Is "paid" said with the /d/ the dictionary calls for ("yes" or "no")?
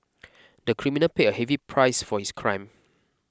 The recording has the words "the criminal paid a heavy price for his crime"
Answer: no